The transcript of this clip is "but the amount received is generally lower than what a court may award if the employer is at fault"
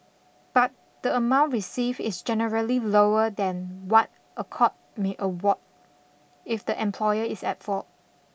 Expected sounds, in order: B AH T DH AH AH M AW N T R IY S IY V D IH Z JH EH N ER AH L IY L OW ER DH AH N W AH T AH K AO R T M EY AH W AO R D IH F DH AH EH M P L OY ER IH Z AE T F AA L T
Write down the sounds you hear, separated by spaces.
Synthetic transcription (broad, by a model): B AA T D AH AH M AW N T R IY S IY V IH S JH EH N ER AH L IY L OW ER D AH N W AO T AH K AO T M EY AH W AO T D IH F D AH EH M P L OY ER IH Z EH T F AA T